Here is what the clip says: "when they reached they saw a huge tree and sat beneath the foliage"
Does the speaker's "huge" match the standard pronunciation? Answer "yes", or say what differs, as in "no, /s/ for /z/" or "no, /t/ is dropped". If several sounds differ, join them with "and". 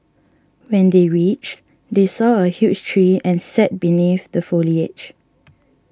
no, /tʃ/ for /dʒ/